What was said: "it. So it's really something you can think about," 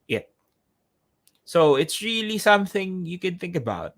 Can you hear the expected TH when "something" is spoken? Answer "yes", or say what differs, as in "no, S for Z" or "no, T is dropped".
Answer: yes